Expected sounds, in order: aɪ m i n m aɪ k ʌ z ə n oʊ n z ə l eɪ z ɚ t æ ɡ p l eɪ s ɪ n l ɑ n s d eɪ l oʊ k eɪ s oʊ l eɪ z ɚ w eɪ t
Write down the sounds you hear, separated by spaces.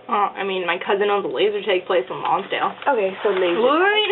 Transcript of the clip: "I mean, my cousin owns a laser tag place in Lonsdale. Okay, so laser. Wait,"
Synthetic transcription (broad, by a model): aɪ m i n m aɪ k ʌ z ə n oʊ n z ə l eɪ z ɚ t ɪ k p l eɪ s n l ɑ n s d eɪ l oʊ k eɪ s oʊ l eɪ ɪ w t